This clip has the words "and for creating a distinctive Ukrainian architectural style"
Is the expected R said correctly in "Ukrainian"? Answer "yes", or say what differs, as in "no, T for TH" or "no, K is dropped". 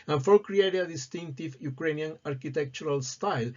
yes